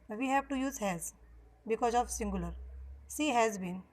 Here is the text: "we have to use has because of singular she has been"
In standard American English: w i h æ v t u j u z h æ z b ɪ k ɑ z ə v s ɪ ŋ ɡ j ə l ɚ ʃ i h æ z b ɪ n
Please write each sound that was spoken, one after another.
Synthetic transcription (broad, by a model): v i h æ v t u j u z h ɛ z b ɪ k ɑ z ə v s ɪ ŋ ɡ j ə l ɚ s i h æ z b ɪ n